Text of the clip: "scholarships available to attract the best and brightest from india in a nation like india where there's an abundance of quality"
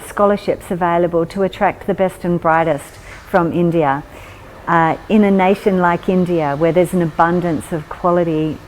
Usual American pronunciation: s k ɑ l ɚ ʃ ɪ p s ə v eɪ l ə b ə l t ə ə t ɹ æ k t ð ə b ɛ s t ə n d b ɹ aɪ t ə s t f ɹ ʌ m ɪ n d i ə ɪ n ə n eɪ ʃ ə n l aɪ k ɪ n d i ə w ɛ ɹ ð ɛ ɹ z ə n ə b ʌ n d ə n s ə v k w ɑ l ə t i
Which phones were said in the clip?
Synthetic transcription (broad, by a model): s k ɑ l ɚ ʃ ɪ p s ə v eɪ l ə b ə l t ə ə t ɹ æ k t ð ə b ɛ s t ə n b ɹ aɪ t ə s t f ɹ ʌ m ɪ n d i ə ɪ n ə n eɪ ʃ ə n l aɪ k ɪ n d i ə w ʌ ɹ ð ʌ ɹ z n ə b ʌ n d ə n s ə v k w ɑ l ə t i